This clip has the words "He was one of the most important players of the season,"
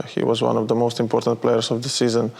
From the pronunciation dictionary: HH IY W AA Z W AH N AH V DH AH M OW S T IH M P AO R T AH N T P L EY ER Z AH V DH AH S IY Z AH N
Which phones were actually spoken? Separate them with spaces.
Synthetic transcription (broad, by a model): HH IY W AA Z W AH N AH V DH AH M OW S T IH M P AO R T AH N T P L EY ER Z AH V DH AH S IY Z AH N